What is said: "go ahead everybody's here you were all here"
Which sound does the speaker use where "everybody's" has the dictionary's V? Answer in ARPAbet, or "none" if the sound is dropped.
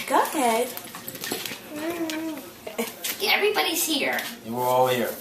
V